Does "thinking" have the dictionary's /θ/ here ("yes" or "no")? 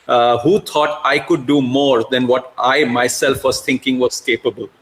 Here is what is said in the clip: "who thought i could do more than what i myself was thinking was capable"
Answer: no